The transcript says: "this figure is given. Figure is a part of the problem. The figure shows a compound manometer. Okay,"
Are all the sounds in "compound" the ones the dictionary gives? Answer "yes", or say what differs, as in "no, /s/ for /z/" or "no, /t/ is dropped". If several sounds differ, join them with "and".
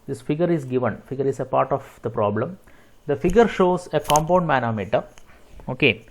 yes